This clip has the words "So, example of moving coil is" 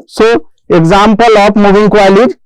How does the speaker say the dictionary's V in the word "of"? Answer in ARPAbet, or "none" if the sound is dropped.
P